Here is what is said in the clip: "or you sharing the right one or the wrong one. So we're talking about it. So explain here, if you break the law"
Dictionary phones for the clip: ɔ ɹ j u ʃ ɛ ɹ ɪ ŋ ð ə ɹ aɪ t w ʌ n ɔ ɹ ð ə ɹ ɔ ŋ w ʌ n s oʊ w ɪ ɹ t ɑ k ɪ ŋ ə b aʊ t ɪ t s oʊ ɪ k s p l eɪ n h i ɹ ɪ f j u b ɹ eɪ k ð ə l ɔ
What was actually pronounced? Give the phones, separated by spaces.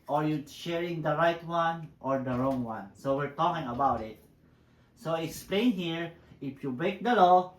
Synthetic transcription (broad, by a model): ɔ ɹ j u ʃ ɛ ɹ ɪ ŋ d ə ɹ aɪ t w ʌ n ɔ ɹ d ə ɹ ɔ ŋ w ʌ n s oʊ w ɪ ɹ t ɑ k ɪ ŋ ə b aʊ t ɪ t s oʊ ɪ k s p l eɪ n h i ɹ ɪ f j u b ɹ eɪ k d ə l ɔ